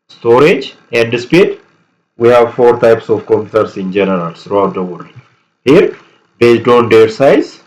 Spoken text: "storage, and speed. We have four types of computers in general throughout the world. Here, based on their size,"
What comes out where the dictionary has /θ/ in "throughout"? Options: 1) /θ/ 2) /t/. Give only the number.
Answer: 2